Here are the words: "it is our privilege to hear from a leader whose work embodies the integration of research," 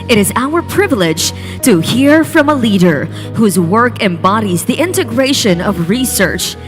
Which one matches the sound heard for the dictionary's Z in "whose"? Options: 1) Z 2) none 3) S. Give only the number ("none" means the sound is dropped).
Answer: 1